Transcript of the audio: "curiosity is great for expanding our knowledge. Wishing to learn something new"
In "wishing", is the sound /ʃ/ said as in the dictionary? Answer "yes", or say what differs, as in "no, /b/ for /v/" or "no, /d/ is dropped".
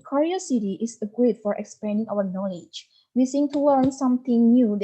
no, /s/ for /ʃ/